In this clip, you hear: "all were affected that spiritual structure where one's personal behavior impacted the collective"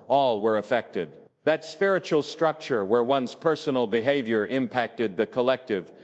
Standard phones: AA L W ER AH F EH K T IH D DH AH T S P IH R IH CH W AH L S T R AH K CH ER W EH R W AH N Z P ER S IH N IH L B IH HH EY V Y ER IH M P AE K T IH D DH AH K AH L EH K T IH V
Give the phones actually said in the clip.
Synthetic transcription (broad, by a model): AA L W ER AH F EH K T IH D DH AH T S P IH R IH CH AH L S T R AH K CH ER W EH R W AH N Z P ER S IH N L B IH HH EY V Y ER IH M P AE K T IH D DH AH K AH L EH K T IH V